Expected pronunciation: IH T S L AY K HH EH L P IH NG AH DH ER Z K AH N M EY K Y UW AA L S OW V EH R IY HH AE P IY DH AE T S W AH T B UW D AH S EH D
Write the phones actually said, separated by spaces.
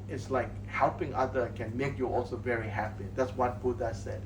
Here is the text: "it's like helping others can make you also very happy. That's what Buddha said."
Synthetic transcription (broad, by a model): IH T S L AY K HH EH L P IH NG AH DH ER K AH N M EY K Y UW AA L S OW V EH R IY HH AE P IY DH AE T S W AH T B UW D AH S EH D